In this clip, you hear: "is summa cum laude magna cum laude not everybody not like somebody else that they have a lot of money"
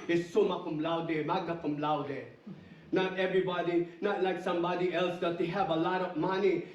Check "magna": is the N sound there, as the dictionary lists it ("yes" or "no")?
no